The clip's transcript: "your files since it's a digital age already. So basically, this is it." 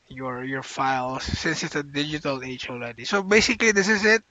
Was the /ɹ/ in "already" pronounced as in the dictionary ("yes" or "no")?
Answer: no